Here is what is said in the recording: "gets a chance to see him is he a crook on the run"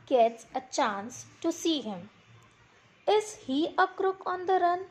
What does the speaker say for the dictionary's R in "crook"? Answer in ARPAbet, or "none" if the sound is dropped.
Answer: R